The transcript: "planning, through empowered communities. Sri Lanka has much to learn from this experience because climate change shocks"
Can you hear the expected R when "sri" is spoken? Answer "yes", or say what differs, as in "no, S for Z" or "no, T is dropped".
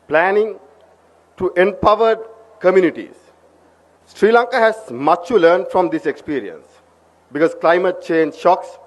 yes